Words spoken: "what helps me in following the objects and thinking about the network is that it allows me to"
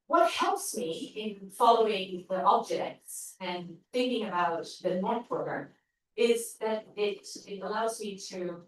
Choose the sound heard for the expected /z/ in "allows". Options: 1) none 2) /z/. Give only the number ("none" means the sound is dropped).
2